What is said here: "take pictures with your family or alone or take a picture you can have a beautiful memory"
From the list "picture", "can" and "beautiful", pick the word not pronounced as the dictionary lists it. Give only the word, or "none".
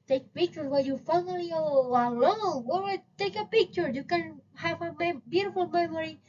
none